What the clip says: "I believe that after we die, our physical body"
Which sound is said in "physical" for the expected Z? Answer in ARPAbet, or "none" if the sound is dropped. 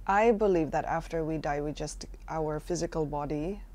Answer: Z